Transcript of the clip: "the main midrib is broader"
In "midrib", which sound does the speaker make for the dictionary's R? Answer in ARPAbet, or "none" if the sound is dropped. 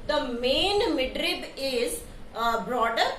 R